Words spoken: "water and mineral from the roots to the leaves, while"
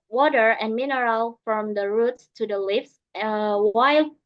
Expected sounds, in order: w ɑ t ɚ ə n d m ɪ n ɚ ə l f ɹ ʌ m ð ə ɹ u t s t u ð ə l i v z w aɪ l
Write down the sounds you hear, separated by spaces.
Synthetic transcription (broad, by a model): w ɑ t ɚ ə n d m ɪ n ɚ ə l f ɹ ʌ m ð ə ɹ u t s t u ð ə l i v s w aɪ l